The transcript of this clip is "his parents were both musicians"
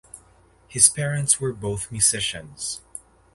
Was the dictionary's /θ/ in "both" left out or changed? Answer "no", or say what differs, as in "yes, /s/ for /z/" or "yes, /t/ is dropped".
no